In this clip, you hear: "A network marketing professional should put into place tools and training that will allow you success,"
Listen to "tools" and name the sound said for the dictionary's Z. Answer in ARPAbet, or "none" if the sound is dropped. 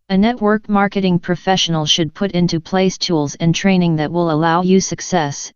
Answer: Z